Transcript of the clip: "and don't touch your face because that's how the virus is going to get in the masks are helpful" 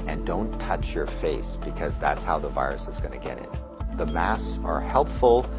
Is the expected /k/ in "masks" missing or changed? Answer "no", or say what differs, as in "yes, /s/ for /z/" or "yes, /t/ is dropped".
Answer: yes, /k/ is dropped